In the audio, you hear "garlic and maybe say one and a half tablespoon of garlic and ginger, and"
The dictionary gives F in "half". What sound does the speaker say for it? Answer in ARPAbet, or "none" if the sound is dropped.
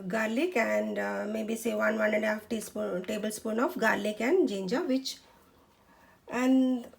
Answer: P